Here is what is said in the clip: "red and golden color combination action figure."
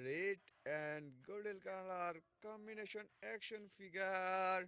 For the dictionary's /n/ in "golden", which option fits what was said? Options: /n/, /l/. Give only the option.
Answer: /l/